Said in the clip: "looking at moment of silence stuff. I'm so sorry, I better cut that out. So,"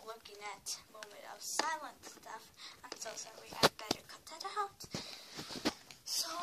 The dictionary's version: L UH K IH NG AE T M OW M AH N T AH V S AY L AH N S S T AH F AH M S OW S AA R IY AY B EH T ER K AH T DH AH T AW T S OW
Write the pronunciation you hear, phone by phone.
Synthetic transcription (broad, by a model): L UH K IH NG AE T M OW M AH N T AH V S AY L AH N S S T AH F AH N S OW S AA W IY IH B EH T ER K AH T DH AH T AW T S OW